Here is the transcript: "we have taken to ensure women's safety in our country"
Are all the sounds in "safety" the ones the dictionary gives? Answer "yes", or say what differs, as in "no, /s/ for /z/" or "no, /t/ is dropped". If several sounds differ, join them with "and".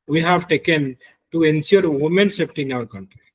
no, /p/ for /f/